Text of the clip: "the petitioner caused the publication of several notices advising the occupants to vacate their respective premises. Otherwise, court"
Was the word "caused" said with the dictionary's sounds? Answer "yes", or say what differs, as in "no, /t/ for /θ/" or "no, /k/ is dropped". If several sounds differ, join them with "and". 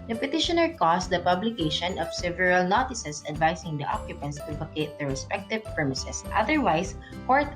no, /s/ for /z/